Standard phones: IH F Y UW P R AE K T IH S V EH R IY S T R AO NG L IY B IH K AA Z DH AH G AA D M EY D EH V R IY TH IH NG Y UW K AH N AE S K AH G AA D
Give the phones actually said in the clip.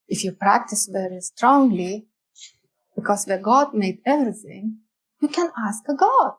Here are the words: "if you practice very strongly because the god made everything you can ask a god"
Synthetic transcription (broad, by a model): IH F Y UW P R AE K T IH S V EH R IY S T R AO NG L IY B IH K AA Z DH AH G AA D M EY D EH V R IY TH IH NG Y UW K AH N AE S K AH G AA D